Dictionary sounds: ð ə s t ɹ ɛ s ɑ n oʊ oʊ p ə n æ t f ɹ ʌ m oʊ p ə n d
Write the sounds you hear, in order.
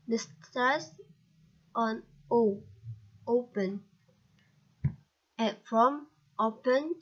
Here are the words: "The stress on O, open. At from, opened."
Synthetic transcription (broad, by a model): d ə s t ɛ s ɑ n oʊ oʊ p ə n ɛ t f ɹ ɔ m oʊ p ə n